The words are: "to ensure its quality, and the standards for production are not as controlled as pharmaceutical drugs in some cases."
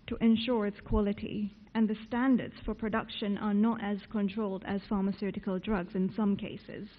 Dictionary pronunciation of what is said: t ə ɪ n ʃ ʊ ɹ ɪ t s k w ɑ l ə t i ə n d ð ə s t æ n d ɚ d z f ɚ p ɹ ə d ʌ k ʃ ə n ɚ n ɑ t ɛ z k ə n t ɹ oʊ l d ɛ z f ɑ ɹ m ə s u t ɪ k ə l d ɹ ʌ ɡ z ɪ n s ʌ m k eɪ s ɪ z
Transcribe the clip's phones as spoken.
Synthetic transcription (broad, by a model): t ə ɪ n ʃ ʊ ɹ ɪ t s k w ɑ l ə t i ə n ð ə s t æ n d ɚ d z f ɚ p ɹ ə d ʌ k ʃ ə n ɚ n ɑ t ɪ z k ə n t ɹ oʊ l d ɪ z f ɑ ɹ m ə s u t ɪ k ə l d ɹ ʌ ɡ z ɪ n s ʌ m k eɪ s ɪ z